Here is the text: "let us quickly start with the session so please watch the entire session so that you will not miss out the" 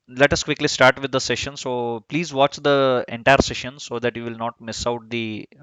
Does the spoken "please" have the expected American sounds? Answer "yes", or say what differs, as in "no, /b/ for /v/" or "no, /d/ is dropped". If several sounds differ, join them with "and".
yes